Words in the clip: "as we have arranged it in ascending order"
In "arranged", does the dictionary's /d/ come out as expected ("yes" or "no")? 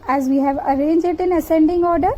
no